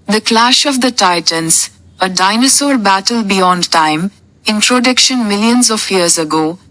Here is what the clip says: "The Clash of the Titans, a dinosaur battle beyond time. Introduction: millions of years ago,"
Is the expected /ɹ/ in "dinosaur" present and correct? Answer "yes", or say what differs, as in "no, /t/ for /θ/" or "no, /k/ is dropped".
no, /l/ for /ɹ/